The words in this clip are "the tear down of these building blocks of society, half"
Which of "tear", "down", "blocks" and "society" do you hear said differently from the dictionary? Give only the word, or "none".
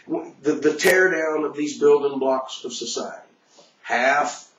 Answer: none